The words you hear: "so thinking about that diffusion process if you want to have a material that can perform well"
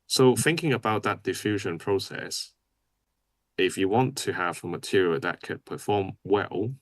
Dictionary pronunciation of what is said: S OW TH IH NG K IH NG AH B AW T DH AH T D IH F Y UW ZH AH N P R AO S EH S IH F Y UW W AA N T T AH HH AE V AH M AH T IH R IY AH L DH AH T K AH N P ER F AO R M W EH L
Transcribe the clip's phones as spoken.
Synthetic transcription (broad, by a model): S OW TH IH NG K IH NG AH B AW T DH AH T D IH F Y UW ZH AH N P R AO S EH S IH F Y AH W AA N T T AH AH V AH M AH T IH R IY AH DH AH T K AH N P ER F AO M W EH L